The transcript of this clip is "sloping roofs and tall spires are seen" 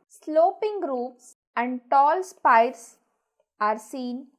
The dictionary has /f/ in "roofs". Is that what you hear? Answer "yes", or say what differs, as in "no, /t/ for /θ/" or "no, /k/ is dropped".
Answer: no, /p/ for /f/